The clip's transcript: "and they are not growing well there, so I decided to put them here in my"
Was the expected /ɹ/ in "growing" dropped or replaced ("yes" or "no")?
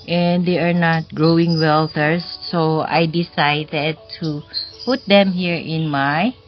no